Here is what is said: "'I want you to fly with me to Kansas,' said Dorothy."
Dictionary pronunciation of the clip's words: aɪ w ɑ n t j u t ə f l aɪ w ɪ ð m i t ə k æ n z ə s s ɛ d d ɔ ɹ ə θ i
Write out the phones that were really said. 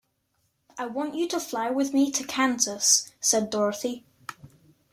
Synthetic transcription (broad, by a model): aɪ w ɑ n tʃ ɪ t ə f l aɪ w ɪ ð m i t ə k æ n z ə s s ɛ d d ɔ ɹ ə θ i